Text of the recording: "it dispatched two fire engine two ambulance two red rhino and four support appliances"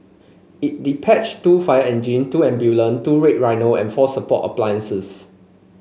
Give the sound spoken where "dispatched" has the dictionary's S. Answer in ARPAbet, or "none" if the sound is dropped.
none